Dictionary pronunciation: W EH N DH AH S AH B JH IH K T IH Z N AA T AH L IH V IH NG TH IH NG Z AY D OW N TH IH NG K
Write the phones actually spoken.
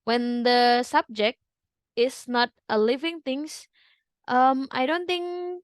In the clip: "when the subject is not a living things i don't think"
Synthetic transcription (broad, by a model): W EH N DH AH S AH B JH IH K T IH S N AA T AH L IH V IH NG T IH NG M AY D OW N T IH NG K